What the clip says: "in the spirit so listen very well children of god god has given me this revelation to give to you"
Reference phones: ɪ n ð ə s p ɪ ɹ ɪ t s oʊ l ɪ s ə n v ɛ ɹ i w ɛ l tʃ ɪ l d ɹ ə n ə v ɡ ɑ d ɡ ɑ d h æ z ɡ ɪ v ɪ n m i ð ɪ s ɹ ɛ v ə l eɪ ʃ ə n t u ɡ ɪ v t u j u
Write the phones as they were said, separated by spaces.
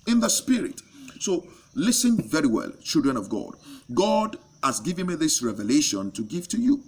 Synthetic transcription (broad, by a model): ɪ n ð ə s p ɪ ɹ ɪ t s oʊ l ɪ s ə n v ɛ ɹ i w ɛ l tʃ ɪ l d ɹ ə n ə v ɡ ɑ d ɡ ɑ d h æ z ɡ ɪ v ɪ n m i ð ɪ s ɹ ɛ v ə l eɪ ʃ ə n t u ɡ ɪ v t u j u